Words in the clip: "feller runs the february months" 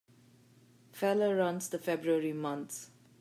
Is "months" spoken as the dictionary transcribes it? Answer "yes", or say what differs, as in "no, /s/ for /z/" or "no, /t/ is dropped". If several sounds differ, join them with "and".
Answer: no, /t/ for /θ/